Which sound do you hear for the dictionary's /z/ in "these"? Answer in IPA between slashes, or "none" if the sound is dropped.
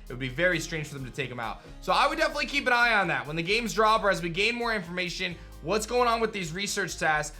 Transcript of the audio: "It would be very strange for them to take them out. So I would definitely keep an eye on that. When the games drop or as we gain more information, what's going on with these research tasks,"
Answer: /z/